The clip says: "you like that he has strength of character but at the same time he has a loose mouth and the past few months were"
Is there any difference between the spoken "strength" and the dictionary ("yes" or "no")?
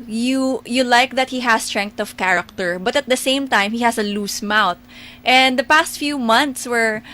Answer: yes